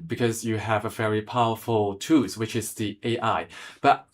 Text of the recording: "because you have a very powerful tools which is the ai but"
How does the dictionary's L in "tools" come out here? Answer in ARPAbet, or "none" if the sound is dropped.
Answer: none